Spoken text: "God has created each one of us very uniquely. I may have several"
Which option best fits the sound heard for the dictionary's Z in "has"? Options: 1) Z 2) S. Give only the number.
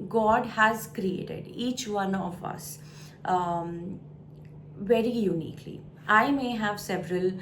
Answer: 1